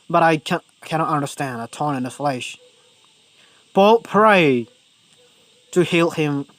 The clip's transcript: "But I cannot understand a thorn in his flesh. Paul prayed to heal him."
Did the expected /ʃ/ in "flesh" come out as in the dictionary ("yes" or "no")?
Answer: yes